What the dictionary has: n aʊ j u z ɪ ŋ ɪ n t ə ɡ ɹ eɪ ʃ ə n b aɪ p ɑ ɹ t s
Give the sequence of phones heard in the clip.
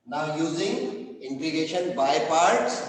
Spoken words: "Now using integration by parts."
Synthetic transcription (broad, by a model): n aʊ j u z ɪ ŋ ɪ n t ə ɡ eɪ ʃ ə n b aɪ p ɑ ɹ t s